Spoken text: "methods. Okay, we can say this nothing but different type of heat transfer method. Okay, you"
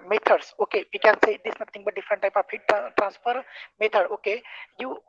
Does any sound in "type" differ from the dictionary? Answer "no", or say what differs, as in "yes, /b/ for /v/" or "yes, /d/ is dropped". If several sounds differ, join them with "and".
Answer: no